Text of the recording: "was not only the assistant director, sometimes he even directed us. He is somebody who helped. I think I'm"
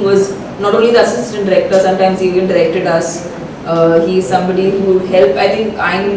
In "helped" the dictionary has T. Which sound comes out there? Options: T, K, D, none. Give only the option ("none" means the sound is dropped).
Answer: none